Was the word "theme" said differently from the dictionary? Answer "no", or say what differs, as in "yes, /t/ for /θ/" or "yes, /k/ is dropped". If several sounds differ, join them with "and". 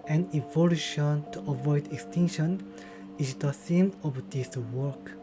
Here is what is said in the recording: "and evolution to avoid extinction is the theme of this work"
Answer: yes, /s/ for /θ/